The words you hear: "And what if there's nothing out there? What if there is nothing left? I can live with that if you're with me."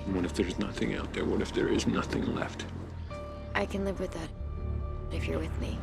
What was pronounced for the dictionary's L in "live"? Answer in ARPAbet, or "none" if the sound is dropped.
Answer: L